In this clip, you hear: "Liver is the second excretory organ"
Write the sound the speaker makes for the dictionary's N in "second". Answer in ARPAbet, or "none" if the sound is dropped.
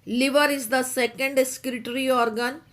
N